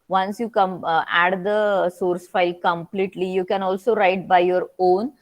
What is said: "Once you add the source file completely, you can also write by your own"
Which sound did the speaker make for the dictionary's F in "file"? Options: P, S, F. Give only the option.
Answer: F